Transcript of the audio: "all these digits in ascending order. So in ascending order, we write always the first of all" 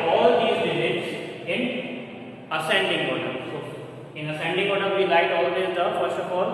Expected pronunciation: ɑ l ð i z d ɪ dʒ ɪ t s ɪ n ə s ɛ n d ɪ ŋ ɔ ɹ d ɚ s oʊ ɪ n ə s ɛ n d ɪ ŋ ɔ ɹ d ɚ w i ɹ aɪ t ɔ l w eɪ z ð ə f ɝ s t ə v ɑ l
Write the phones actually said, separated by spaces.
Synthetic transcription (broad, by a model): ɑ l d i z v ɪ z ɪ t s ɪ n ə s ɛ n d ɪ ŋ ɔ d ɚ s oʊ ɪ n ə s ɛ n d ɪ ŋ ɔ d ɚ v i l aɪ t ɔ l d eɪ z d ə f ɝ s t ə f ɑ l